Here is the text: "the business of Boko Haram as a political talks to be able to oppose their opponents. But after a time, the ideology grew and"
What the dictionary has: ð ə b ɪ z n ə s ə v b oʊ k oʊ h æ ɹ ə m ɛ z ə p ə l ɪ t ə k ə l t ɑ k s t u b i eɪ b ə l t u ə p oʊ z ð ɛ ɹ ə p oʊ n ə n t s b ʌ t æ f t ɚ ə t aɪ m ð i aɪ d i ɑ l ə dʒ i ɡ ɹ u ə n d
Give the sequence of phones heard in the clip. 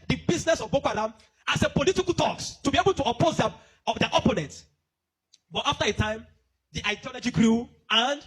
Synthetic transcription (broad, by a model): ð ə b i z n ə s ə v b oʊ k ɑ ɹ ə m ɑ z ə p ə l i t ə k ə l t ɑ k s t u b i eɪ b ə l t u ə p oʊ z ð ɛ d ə p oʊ n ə n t b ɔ t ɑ f t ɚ ə t aɪ m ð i aɪ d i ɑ l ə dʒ i ɡ ɹ u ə n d